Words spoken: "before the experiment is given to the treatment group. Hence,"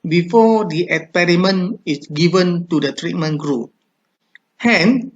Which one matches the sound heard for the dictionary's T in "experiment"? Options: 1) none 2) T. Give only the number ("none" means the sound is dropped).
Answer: 1